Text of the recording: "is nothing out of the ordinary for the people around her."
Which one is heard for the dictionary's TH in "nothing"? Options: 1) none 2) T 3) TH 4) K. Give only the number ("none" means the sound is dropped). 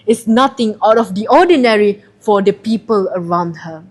2